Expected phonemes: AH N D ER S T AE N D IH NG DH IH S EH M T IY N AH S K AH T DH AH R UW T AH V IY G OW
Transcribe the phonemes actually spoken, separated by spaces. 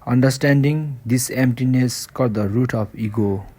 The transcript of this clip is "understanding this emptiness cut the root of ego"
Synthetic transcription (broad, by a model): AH N D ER S T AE N D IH NG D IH S EH M T IY N AH S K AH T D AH R UW T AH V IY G OW